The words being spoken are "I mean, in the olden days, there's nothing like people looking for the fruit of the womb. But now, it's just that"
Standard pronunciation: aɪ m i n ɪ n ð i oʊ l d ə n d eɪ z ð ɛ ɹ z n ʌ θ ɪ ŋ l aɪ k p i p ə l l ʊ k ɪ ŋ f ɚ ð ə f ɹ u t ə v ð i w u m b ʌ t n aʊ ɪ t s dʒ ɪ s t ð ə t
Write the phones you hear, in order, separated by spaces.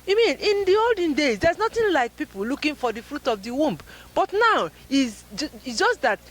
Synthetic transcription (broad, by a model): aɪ m i n ɪ n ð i oʊ l d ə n d eɪ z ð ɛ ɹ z n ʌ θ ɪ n l aɪ k p i p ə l l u k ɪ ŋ f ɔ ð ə f ɹ u t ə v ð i w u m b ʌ t n aʊ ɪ s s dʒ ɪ s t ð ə t